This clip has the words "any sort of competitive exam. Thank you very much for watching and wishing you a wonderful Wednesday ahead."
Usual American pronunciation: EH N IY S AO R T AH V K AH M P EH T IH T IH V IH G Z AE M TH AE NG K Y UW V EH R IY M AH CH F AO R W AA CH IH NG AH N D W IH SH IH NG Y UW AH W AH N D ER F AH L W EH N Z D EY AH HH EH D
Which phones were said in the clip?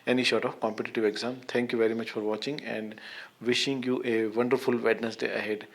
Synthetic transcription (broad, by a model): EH N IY SH AO R T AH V K AH M P EH T IH T IH V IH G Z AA M T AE NG K Y UW V EH R IY M AH CH F AO R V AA CH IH NG AH N D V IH SH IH NG Y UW AH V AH N D ER F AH L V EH N S D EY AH HH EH D